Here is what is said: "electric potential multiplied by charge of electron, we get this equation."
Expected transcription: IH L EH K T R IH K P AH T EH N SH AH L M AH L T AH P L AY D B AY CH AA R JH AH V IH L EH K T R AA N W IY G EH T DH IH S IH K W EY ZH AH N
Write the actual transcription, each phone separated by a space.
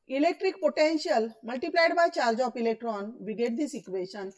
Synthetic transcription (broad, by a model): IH L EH K T R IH K P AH T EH N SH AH L M AH L T AH P L AY D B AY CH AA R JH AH P IH L EH K T R AA N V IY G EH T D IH S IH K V EY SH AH N